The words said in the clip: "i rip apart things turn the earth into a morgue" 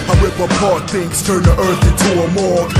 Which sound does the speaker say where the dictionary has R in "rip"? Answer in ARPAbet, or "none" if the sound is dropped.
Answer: W